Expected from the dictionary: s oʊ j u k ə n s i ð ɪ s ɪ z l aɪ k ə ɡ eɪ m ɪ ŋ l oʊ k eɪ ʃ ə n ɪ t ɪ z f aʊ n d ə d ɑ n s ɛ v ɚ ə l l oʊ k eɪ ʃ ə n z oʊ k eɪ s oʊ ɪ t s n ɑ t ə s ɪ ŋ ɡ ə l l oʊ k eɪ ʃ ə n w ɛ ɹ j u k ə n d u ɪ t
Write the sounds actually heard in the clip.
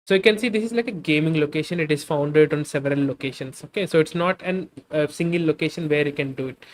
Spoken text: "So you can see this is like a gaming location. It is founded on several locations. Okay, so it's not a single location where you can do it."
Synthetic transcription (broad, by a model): s oʊ j u k ə n s i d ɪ s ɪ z l aɪ k ə ɡ eɪ m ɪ ŋ l oʊ k eɪ ʃ ə n ɪ t ɪ z f aʊ n d ə d ɑ n s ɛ v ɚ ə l l oʊ k eɪ ʃ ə n s oʊ k eɪ s oʊ ɪ t s n ɑ t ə s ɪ ŋ ɡ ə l l oʊ k eɪ ʃ ə n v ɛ ɹ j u k ə n d u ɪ t